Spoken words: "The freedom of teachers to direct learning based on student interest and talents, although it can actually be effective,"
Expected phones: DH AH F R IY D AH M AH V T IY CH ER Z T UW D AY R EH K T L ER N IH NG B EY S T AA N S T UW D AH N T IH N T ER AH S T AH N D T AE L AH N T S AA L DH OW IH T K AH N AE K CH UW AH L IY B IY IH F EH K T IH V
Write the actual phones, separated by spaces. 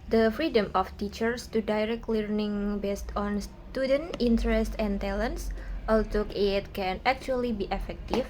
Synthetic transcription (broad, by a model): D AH F R IY D AH M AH F T IY CH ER S T UW D AY R EH K T L ER N IH NG B EY S T AA N S T UW D AH N T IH N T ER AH S T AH N T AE L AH N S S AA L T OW IH T K AH N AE K CH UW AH L IY B IY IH F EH K T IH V